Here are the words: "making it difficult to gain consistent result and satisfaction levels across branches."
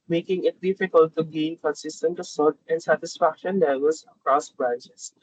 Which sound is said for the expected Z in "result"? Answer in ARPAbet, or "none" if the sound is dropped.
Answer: S